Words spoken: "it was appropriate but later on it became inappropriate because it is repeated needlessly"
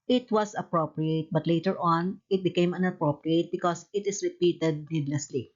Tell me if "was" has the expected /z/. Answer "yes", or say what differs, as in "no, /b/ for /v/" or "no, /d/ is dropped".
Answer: no, /s/ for /z/